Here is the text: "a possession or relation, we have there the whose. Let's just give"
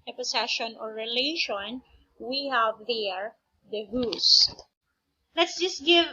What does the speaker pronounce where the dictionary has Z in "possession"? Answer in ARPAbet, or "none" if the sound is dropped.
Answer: S